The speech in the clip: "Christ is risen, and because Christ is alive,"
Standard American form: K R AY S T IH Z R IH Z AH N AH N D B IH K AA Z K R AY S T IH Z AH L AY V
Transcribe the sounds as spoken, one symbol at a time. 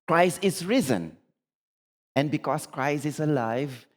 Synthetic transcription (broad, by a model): K R AY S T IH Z R IH Z AH N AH N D B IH K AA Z K R AY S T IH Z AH L AY V